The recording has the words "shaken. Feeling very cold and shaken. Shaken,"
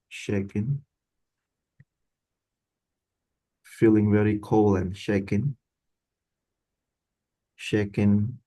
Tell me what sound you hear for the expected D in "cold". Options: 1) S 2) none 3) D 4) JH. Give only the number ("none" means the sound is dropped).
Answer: 2